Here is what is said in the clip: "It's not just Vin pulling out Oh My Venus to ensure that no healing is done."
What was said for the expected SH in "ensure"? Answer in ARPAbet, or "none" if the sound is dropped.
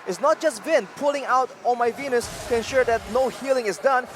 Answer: SH